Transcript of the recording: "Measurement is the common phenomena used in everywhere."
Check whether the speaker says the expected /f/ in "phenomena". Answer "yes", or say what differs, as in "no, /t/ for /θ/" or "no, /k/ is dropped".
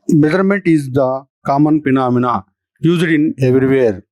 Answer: no, /p/ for /f/